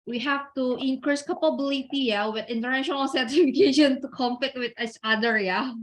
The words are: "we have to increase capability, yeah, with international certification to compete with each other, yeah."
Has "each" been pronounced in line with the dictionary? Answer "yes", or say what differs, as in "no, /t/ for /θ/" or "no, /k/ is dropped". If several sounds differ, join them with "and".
no, /s/ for /tʃ/